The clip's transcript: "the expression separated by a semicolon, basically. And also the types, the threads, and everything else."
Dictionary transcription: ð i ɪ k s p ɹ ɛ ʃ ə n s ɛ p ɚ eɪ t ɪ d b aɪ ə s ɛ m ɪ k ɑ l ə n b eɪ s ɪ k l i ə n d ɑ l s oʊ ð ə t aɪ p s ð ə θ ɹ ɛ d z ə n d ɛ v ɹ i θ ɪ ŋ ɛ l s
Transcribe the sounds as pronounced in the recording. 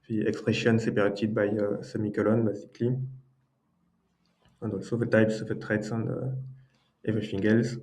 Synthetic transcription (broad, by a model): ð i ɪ k s p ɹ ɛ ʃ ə n s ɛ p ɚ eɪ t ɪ d b aɪ ə s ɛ m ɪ k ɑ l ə n b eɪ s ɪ k l i ə n d ɑ l s oʊ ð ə t aɪ p s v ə t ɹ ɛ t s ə n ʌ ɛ v ɹ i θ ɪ ŋ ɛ l s